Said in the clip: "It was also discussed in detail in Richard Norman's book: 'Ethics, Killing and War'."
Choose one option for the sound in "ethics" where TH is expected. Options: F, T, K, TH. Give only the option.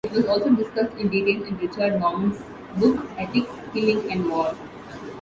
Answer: T